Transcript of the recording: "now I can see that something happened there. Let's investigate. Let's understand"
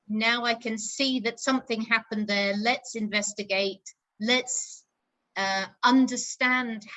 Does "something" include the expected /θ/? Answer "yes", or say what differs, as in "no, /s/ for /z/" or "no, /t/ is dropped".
yes